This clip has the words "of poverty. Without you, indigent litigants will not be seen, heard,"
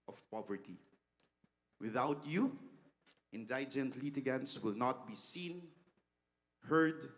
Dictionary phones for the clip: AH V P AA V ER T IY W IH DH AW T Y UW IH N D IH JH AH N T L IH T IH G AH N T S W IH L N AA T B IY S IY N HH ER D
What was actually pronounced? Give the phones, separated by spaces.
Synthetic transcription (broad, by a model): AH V P AA V ER T IY W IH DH AW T Y UW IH N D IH JH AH N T L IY T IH G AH N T S W IH L N AA T B IY S IY N HH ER D